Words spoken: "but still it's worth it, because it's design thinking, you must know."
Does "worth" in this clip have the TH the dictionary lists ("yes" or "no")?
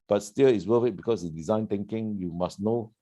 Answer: no